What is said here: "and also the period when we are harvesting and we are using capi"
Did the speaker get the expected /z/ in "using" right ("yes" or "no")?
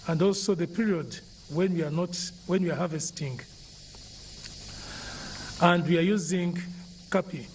yes